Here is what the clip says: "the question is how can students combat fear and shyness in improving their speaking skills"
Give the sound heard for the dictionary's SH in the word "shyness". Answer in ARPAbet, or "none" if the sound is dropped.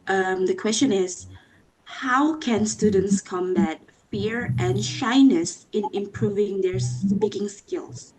SH